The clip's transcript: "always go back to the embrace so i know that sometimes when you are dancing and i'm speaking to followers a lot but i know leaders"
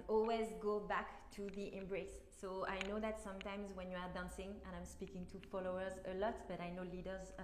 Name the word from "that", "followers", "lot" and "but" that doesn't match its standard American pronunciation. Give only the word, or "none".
none